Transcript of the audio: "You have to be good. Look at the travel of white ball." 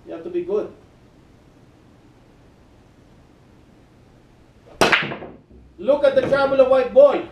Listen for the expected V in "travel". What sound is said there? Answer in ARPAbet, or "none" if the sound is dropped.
B